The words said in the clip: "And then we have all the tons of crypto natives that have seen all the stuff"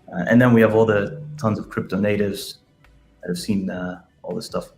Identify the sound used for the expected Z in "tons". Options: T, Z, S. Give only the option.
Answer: Z